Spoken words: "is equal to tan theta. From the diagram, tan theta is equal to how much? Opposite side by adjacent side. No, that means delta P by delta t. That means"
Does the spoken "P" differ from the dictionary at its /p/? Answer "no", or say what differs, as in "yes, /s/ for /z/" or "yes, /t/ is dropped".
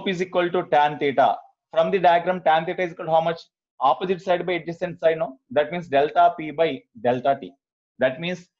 no